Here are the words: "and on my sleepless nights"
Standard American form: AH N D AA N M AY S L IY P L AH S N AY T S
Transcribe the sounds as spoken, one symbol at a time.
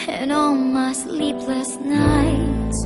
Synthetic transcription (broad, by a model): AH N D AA L M AY S L IY P L AH S N AY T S